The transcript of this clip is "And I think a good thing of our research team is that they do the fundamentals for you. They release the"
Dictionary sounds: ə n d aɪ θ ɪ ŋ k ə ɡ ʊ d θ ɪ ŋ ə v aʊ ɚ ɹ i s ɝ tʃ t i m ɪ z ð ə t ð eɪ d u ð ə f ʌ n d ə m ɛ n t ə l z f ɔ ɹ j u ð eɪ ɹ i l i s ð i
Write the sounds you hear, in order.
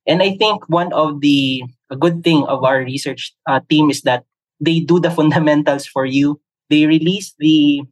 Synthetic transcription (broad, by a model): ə n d aɪ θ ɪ ŋ k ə ɡ ʊ d θ ɪ ŋ ə v aʊ ɚ ɹ i s ɝ tʃ t i m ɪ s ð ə t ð eɪ d u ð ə f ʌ n d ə m ɛ n t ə l s f ɔ ɹ j u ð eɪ ɹ i l i s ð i